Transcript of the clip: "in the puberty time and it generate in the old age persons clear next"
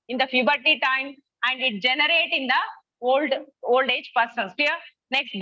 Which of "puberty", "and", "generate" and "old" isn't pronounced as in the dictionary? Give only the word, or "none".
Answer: puberty